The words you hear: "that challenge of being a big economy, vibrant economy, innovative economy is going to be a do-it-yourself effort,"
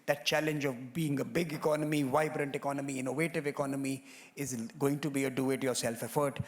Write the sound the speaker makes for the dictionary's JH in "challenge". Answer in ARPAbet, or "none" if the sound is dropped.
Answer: JH